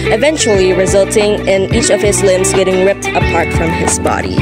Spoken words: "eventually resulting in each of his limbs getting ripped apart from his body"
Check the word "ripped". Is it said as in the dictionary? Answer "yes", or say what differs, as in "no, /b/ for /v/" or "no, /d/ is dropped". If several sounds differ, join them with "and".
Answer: yes